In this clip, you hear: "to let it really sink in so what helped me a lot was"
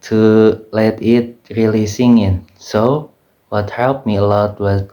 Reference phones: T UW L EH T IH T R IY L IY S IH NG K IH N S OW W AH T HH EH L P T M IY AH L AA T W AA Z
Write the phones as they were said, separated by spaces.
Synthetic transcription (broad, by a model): T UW L EH T IH T R IY L IY S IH NG IH N S OW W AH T HH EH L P M IY AH L AA T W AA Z